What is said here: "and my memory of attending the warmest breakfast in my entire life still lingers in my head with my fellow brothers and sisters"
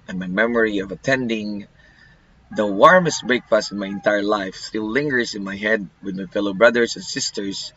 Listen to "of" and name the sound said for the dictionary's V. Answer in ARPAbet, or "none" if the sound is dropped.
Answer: V